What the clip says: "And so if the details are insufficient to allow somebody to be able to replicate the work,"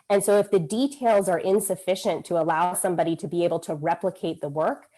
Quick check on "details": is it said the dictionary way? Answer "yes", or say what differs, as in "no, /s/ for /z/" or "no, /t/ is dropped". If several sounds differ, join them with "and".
yes